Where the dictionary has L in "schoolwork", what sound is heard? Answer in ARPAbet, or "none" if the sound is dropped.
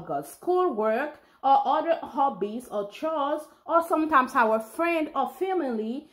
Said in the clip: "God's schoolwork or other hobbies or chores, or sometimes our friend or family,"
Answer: L